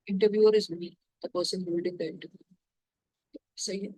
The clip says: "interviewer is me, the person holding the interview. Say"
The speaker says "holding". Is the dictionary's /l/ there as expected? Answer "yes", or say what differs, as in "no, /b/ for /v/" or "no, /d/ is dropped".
no, /l/ is dropped